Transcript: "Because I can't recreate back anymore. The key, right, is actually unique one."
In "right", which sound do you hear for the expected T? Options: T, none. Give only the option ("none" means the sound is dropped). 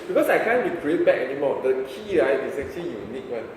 none